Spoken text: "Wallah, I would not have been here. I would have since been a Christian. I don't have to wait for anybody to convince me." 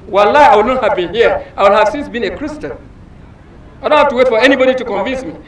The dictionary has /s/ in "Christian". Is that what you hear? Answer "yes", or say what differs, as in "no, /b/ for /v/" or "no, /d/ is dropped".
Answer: yes